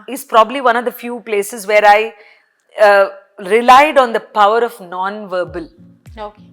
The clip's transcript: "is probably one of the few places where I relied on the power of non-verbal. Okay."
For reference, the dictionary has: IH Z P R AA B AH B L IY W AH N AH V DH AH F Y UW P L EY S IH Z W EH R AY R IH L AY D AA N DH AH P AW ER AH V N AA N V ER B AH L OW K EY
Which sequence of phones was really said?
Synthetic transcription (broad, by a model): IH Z P R AA B AH B L IY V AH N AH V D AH F Y UW P L EY S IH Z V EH R AY R IH L AY D AA N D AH P AW ER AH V N AA N V ER B AH L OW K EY